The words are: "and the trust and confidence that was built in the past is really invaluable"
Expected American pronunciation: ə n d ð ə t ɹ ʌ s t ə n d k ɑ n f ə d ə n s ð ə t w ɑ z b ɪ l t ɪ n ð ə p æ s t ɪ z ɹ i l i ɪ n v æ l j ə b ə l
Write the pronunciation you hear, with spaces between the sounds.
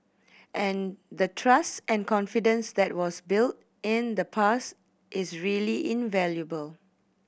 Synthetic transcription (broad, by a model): ə n d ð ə t ɹ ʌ s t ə n k ɑ n f ə d ə n s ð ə t w ɑ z b ɪ l t ɪ n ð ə p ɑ s t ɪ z ɹ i l i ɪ n v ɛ l j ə b ə l